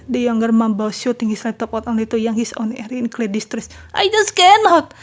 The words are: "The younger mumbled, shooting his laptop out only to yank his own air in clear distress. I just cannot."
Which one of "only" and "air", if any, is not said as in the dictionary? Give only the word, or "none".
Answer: only